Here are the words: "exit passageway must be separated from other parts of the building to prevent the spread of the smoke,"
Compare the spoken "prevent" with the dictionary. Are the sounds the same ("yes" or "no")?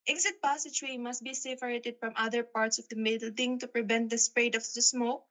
yes